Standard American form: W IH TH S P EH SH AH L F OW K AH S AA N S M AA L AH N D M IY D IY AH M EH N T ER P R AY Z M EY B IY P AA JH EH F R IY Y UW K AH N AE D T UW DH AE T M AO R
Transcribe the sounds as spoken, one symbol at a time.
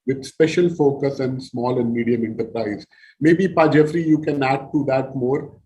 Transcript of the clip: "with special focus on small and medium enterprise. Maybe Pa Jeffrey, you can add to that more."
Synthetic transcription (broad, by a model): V IH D S P EH SH AH L F OW K AH S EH N S M AA L AH N D M IY D IY AH M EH N T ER P R AY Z M EY B IY P AA JH EH F R IY Y UW K AH N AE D T UW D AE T M AO R